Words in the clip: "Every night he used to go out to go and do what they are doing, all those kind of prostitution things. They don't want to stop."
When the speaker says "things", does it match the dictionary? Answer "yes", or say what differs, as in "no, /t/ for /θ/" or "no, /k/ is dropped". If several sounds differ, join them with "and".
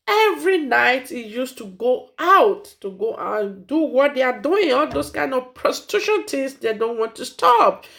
no, /t/ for /θ/